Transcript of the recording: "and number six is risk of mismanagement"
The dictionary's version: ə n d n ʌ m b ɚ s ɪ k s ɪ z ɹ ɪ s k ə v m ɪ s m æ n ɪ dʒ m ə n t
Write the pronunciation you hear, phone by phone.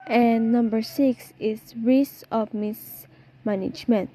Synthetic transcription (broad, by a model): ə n n ʌ m b ɚ s ɪ k s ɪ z ɹ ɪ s ə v m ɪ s m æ n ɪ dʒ m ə n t